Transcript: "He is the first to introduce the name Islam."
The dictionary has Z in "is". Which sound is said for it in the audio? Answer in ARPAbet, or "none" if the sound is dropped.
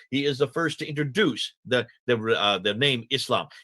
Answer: Z